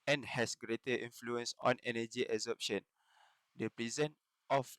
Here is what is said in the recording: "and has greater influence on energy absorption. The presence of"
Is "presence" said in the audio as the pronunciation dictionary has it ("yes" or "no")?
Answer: no